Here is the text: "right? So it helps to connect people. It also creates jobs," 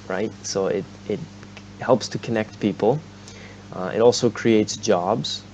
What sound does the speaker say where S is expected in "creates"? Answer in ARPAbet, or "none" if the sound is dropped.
S